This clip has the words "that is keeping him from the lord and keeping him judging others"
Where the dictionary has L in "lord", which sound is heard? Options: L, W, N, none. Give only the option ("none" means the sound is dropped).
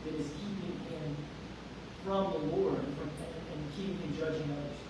W